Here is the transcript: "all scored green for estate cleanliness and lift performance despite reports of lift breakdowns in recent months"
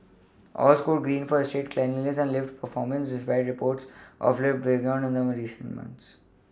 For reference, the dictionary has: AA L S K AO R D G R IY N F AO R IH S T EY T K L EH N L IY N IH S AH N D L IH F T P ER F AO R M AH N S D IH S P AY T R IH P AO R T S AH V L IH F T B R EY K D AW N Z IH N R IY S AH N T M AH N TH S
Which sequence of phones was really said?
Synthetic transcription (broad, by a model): AA L S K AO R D G R IY N F AO R IH S T EY T K L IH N IY L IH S AH N D L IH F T P ER F AO R M AH N S D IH S P AY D R IH P AO R T S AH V L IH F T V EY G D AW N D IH N R IY S AH N T M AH N T S